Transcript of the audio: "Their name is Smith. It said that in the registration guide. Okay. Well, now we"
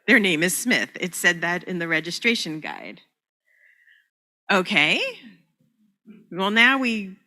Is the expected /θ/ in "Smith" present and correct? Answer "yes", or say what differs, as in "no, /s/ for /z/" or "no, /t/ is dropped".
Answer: yes